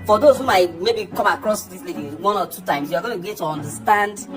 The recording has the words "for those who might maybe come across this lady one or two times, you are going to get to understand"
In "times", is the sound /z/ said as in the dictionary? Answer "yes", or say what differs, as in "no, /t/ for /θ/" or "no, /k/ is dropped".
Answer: no, /s/ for /z/